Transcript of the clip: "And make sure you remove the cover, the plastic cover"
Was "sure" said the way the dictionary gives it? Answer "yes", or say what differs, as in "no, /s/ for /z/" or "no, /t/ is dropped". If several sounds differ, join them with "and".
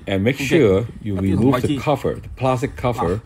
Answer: yes